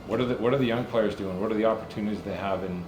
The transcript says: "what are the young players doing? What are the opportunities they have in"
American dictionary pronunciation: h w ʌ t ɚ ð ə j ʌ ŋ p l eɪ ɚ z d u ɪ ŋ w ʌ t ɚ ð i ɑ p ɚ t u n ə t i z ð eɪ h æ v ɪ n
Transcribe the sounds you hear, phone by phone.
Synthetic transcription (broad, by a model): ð w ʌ t ɚ ð ə j ʌ ŋ p l eɪ ɚ z d u ɪ ŋ w ʌ t ɚ ð i ɑ p ɚ t u n ə t i z ð eɪ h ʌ v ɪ n